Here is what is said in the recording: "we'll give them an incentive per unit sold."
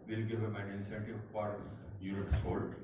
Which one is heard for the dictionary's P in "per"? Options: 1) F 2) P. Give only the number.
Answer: 1